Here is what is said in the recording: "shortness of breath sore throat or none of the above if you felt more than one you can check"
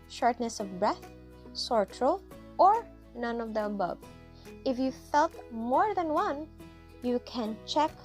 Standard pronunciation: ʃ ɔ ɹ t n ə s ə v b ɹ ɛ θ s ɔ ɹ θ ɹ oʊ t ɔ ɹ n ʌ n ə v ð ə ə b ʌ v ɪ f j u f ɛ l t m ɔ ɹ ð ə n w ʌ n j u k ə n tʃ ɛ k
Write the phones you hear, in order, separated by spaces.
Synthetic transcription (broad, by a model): ʃ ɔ ɹ t n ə s ə v b ɹ ɛ θ s ɔ ɹ t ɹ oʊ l ɔ ɹ n ʌ n ə v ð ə ə b ʌ v ɪ f j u f ɛ l t m ɔ ɹ ð ə n w ʌ n j u k ə n tʃ ɛ k